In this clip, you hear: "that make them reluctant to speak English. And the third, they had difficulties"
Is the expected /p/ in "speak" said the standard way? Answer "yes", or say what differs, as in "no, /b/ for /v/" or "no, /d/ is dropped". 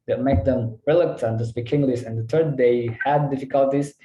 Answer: no, /b/ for /p/